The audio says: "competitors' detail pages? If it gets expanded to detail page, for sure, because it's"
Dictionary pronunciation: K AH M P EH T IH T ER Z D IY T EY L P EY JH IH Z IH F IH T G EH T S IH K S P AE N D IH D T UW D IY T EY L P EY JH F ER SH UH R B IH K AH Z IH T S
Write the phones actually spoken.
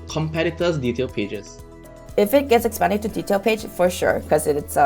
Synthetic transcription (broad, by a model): K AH M P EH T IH T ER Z D IY T EY L P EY JH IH S IH F IH T G EH T S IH K S P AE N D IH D T UW D IY T EY L P EY JH F ER SH UH R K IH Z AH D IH T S